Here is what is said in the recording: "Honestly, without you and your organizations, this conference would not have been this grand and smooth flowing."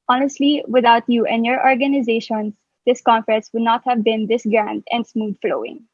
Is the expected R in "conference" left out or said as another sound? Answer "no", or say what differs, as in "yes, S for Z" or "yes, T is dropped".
yes, R is dropped